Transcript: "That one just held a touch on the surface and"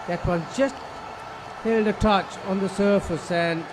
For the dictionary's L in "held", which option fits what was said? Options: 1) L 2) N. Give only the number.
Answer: 1